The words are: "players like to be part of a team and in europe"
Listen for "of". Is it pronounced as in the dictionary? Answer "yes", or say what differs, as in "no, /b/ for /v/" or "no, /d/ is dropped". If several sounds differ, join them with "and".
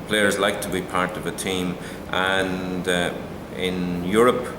yes